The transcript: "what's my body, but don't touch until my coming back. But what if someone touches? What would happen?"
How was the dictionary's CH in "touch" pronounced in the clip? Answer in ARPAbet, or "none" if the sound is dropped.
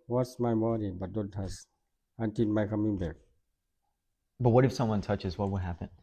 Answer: S